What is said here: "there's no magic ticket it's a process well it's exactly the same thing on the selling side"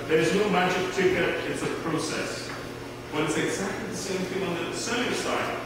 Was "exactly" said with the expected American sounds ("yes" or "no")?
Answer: yes